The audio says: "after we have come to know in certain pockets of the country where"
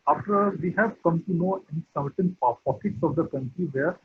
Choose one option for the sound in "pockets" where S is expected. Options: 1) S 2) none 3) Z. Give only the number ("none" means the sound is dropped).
1